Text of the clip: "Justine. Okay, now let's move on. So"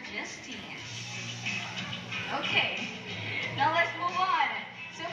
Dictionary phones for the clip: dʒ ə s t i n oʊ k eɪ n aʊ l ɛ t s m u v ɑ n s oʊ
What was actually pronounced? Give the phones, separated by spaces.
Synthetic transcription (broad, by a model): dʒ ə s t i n oʊ k eɪ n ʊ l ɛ t s m u v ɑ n s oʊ